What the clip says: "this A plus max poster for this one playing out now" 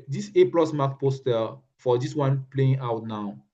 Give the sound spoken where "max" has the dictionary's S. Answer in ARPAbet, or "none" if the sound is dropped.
none